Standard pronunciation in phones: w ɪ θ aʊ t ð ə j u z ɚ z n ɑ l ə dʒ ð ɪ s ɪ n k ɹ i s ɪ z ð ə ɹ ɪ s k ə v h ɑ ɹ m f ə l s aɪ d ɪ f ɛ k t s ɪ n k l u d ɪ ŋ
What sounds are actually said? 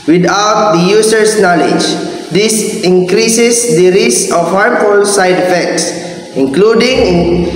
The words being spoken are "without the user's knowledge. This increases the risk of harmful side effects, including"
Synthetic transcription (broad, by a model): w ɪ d aʊ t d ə j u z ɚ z n ɑ l ə dʒ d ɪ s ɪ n k ɹ i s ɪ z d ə ɹ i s ə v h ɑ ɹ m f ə l s aɪ d ɪ f ɛ k t s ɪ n k l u d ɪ ŋ